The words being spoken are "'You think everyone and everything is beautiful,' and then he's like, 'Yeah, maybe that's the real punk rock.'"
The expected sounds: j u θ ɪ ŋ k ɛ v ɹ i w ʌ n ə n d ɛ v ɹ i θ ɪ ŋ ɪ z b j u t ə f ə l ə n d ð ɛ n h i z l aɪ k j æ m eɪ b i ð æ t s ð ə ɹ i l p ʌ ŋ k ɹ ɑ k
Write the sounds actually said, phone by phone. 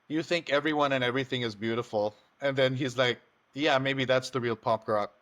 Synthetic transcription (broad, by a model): j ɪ θ ɪ ŋ k ɛ v ɹ i w ʌ n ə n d ɛ v ɹ i θ ɪ ŋ ɪ z b j u t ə f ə l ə n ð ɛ n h i z l aɪ k j æ m eɪ b i ð æ t s ð ə ɹ i l p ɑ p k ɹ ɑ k